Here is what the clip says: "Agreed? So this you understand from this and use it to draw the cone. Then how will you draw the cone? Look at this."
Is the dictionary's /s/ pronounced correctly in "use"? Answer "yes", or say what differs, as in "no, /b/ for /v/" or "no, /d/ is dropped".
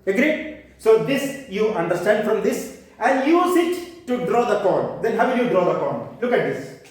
yes